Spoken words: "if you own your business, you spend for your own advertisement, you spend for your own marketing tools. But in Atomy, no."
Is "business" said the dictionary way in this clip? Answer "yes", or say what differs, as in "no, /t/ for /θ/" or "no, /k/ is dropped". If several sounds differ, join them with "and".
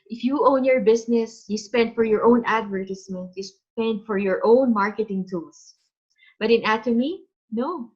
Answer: no, /s/ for /z/